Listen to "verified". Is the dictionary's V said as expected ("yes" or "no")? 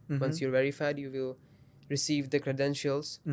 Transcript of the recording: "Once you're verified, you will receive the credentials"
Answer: yes